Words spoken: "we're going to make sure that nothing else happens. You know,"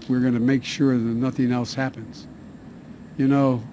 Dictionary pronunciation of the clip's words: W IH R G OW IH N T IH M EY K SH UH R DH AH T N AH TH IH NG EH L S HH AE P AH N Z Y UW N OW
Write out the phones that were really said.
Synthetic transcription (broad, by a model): W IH R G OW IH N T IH M EY K SH UH R DH AH T N AH TH IH NG EH L S HH AE P AH N Z Y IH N OW